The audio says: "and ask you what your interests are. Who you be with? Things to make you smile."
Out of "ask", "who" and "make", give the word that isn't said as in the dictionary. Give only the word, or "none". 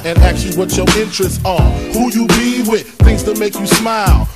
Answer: ask